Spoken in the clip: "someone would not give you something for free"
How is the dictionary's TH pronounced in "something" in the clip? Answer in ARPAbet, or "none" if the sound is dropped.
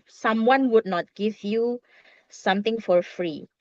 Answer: T